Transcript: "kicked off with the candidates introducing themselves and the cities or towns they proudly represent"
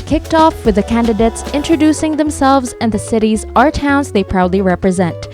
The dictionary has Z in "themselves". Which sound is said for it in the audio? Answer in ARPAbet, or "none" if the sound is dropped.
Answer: Z